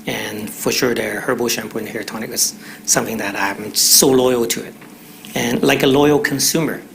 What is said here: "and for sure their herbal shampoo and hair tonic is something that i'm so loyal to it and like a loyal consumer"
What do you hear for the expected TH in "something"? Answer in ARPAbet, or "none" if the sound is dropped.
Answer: TH